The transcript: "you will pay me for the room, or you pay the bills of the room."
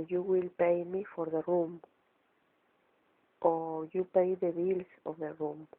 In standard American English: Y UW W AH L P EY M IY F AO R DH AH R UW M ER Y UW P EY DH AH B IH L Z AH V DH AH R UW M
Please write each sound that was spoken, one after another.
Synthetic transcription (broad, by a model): Y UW W AH L P EY M IY F AO R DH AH R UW M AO Y UW P EY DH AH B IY L S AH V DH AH R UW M